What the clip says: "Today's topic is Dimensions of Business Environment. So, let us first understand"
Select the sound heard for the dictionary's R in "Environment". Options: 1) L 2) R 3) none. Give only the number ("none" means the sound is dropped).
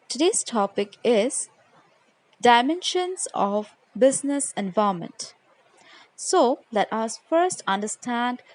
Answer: 3